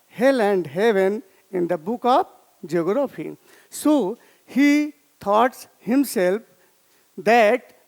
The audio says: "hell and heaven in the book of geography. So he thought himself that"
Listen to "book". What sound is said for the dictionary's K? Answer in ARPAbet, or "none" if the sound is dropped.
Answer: K